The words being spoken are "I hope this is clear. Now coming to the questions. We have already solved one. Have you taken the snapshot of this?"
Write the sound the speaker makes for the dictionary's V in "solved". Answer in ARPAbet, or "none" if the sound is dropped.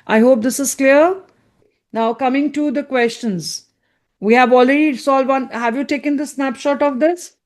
none